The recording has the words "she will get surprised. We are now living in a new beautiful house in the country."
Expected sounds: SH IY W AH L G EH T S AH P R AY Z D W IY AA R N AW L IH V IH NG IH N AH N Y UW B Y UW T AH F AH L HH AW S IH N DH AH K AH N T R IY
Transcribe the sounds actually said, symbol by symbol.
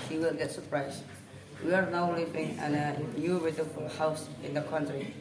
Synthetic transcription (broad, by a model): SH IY W AH L G EH T S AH P R AY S W IY AA R N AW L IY B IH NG IH N AH N Y UW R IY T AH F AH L HH AW S IH N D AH K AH N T R IY